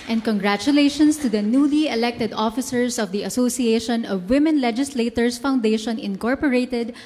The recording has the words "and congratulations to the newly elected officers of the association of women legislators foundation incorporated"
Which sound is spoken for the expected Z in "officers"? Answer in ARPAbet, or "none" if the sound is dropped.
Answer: S